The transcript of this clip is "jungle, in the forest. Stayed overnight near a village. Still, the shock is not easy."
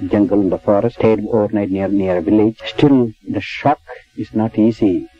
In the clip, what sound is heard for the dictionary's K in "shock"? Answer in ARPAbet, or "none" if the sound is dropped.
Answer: K